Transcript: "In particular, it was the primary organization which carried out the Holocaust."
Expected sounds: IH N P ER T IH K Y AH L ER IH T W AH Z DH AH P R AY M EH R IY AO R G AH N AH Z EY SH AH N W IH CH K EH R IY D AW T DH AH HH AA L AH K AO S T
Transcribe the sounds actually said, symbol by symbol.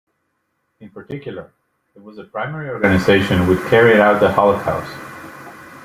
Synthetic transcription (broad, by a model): IH N P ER T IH K Y L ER IH T W AH Z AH P R AY M EH R IY AO R G AH N AH Z EY SH AH N W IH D K EH R IY D AW T DH AH HH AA L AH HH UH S